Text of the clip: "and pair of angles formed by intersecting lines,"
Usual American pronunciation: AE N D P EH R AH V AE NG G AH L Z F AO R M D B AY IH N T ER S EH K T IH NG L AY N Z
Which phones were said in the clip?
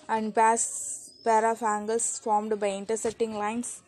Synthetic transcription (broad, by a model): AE N D P EH R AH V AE NG G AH L S F AO R M D B AY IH N T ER S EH T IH NG L AY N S